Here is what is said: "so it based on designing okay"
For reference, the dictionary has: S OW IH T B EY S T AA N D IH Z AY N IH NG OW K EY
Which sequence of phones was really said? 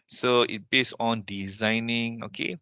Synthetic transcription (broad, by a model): S OW IH T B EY S AA N D IH Z AY N IH NG OW K EY